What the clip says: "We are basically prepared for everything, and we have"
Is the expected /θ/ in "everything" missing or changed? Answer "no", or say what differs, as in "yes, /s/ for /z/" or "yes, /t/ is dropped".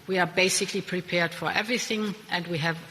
no